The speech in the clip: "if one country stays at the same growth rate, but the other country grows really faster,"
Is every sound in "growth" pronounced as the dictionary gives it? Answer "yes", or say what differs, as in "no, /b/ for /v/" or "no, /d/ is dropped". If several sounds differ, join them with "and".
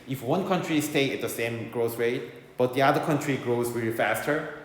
no, /s/ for /θ/